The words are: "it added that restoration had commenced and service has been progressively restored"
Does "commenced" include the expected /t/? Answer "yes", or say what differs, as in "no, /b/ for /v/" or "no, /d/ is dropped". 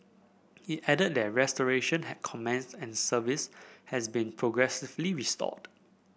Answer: no, /t/ is dropped